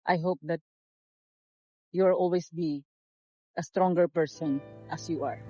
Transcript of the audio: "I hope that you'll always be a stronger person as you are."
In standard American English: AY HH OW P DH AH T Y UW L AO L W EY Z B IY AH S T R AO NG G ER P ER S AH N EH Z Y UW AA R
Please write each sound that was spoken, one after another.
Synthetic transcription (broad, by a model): AY HH OW P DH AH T Y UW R AO L W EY S B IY AH S T R AO NG G ER P ER S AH N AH S Y UW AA R